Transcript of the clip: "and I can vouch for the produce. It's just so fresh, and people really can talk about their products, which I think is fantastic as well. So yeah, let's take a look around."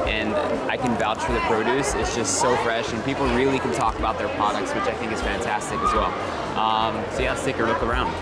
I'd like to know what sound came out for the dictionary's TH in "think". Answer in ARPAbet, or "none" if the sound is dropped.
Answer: TH